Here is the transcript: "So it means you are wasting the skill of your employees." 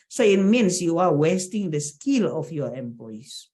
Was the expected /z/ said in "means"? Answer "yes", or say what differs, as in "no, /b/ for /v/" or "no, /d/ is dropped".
no, /s/ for /z/